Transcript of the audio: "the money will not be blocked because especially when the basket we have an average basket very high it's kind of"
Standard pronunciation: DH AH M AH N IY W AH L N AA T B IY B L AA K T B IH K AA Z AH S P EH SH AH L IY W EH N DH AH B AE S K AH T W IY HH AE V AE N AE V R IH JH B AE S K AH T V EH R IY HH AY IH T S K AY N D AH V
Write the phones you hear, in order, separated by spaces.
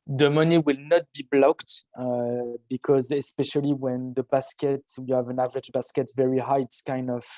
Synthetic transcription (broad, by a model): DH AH M AH N IY W AH L N AA T B IY B L AA K T B IH K AA Z AH S P EH SH AH L IY W EH N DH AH B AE S K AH T W IY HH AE V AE N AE V R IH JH B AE S K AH T V EH R IY HH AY IH T S K AY N D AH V